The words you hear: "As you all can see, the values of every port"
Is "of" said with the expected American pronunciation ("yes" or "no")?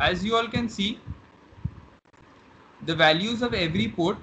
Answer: yes